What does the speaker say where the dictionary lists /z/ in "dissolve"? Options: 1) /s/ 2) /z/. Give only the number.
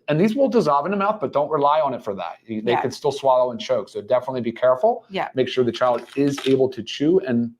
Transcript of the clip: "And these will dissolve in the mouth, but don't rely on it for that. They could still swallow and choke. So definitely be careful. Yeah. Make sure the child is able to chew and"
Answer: 2